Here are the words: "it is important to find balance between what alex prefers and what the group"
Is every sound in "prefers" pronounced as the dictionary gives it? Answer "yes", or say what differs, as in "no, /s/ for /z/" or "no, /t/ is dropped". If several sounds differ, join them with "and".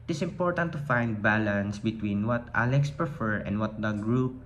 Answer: no, /z/ is dropped